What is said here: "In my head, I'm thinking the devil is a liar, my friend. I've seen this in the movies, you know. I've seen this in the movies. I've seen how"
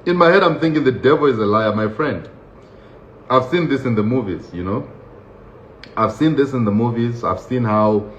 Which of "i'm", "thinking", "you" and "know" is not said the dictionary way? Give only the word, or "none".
none